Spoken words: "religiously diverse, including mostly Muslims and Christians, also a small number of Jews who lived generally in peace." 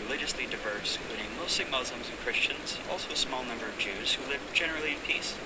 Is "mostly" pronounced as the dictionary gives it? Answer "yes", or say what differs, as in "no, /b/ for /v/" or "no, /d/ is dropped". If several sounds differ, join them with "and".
no, /l/ is dropped